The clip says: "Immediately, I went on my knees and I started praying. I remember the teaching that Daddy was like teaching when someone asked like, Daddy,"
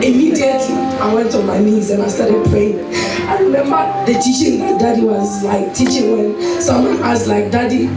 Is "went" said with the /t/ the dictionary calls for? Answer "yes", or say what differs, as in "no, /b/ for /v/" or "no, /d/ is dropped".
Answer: yes